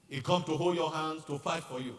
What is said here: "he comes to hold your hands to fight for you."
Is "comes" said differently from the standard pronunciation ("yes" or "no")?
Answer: yes